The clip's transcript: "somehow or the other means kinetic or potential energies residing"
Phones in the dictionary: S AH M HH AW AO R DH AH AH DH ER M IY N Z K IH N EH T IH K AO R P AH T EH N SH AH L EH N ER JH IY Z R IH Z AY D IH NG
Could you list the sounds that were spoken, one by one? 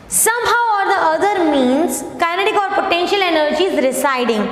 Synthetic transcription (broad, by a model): S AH M HH AW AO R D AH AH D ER M IY N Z K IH N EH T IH K AO R P AH T EH N SH AH L EH N ER JH IY Z R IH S AY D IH NG